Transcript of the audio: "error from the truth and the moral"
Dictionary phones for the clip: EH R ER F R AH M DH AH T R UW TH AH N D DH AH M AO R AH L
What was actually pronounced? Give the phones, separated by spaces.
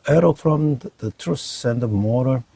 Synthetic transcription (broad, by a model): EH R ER F R AH M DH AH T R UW S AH N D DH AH M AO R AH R